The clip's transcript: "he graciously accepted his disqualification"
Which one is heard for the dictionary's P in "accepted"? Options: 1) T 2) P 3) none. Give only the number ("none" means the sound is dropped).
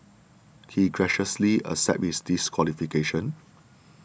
3